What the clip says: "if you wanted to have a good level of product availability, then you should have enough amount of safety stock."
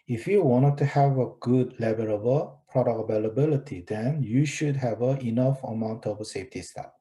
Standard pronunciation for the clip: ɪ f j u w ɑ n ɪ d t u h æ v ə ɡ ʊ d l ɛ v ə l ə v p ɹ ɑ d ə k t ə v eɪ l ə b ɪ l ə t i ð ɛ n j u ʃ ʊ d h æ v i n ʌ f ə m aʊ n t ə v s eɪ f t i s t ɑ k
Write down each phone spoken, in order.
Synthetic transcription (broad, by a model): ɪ f j u w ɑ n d t u h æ v ə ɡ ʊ d l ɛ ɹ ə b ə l p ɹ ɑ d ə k ə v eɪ l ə b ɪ l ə t i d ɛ n j u ʃ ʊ d h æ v i n ʌ f ə m aʊ n t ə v s eɪ f t i s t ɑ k